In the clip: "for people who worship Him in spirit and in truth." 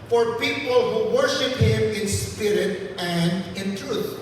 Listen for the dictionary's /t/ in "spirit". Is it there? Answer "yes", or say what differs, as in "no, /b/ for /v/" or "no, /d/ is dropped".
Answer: yes